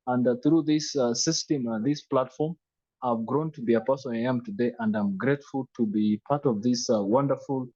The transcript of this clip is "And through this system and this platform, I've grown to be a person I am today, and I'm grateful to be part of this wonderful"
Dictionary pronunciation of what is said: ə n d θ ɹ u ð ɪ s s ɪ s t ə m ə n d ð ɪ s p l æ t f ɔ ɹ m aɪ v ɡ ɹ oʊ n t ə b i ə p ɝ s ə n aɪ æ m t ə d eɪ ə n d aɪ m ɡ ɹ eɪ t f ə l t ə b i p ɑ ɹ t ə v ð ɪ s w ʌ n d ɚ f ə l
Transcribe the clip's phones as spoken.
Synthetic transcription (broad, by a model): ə n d θ ɹ u ð ɪ s s ɪ s t ə m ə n ð ɪ s p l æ t f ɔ ɹ m aɪ v ɡ ɹ oʊ n t ə b i ə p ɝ s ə aɪ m t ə d eɪ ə n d aɪ m ɡ ɹ eɪ t f ə l t ə b i p ɑ ɹ t ə v ð ɪ s w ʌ n d ɚ f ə l